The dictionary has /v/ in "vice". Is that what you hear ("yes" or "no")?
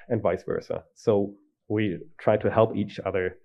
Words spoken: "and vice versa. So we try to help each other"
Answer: yes